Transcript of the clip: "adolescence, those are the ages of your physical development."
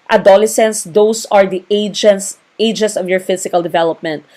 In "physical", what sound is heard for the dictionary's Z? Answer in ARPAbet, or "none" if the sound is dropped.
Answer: S